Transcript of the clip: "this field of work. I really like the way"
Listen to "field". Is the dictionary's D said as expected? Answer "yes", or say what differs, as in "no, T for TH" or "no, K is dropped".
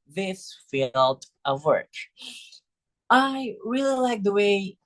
yes